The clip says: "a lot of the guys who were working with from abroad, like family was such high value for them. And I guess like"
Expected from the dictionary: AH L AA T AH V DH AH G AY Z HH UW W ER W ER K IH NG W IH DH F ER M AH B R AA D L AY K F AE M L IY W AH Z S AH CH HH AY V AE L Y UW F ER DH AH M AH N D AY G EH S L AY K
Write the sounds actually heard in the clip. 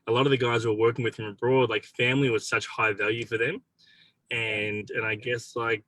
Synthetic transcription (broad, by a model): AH L AA T AH V DH AH G AY Z W ER W ER K IH NG W IH DH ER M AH B R AA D L AY K F AE M L IY W AH Z S AH CH HH AY V AE L Y UW F ER DH AH M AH N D AY G EH S L AY K